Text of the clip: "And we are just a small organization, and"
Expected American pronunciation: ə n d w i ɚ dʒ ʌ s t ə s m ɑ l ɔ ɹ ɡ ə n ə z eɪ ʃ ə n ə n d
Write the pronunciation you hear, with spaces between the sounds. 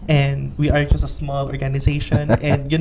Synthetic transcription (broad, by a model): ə n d w i ɚ dʒ ʌ s t ə s m ɑ l ɔ ɹ ɡ ə n ə z eɪ ʃ ə n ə n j